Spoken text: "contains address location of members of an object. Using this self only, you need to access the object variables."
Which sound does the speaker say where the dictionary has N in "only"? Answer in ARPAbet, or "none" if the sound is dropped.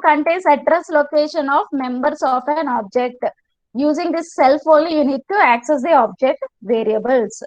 none